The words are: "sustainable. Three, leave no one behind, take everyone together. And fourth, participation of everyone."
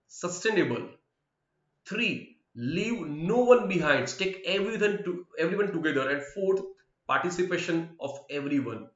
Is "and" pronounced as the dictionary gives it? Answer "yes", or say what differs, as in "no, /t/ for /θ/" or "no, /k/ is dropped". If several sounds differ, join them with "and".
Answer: yes